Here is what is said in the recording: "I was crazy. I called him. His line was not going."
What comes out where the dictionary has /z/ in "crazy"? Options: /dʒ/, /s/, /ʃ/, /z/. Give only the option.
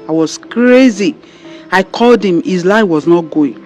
/z/